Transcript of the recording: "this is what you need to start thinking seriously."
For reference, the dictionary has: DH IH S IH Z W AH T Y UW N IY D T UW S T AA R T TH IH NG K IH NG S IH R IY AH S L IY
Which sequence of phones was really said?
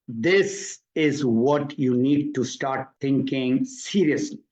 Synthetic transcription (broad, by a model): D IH S IH Z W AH T Y UW N IY D T UW S T AA R T T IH NG K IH NG S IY R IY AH S L IY